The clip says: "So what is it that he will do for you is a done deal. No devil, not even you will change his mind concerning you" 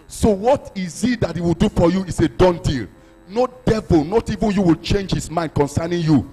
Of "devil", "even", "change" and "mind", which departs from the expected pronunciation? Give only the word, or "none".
none